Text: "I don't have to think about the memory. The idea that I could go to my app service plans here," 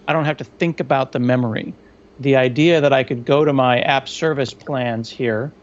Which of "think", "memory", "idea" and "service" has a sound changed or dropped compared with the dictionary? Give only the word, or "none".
none